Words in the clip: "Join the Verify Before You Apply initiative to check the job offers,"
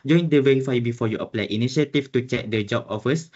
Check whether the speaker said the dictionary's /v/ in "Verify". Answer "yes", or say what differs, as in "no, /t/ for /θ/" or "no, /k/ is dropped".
no, /w/ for /v/